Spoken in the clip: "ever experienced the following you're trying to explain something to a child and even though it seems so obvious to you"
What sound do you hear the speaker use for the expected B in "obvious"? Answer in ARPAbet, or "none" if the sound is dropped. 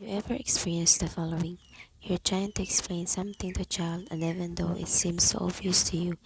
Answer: none